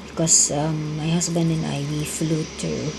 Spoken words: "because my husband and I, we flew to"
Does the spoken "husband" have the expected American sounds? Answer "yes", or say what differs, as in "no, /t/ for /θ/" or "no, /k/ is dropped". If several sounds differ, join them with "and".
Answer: no, /s/ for /z/